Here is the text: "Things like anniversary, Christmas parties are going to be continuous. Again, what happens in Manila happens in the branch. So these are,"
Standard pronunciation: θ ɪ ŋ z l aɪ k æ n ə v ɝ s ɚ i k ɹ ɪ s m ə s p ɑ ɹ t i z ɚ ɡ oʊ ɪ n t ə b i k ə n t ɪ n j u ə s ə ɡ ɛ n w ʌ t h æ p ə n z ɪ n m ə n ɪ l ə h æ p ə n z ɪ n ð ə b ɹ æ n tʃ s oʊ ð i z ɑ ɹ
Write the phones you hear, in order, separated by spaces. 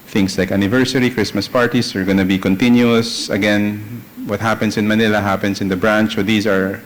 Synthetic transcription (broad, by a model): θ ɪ ŋ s l aɪ k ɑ n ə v ɝ s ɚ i k ɹ ɪ s m ə s p ɑ ɹ t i s ɚ ɡ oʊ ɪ n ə b i k ə n t ɪ n j u ə s ə ɡ ɛ n w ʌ t h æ p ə n s ɪ n m ə n ɪ l ə h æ p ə n s ɪ n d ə b ɹ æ n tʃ s oʊ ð i s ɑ ɹ